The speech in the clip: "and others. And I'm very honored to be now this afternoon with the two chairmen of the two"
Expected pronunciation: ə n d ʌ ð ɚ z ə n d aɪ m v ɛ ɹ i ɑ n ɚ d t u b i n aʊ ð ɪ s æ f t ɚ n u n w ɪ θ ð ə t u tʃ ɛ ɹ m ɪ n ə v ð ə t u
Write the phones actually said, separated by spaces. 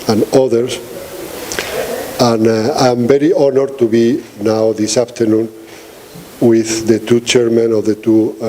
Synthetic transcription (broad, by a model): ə n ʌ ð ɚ s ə n aɪ m b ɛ ɹ i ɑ n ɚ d t u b i n aʊ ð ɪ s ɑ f t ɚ n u n w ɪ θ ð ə t u tʃ ɛ ɹ m ɪ n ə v ð ə t u